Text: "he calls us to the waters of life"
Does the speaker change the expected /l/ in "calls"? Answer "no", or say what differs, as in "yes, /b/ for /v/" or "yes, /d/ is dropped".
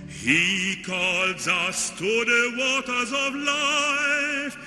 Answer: no